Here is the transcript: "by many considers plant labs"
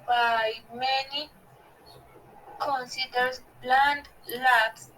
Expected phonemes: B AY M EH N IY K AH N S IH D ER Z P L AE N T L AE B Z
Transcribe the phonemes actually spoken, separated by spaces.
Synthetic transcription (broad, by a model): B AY M EH N IY K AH N S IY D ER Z B L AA N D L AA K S